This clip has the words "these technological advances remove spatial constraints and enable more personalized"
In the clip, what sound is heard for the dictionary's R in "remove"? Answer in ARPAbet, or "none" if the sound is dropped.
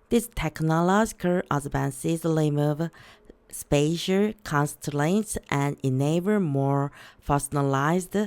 L